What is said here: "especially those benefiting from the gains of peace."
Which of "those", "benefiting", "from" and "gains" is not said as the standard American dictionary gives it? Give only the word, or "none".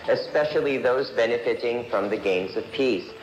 none